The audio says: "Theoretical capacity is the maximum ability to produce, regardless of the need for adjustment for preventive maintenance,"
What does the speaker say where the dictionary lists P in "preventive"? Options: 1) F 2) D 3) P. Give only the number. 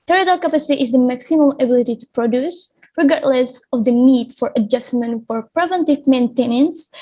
3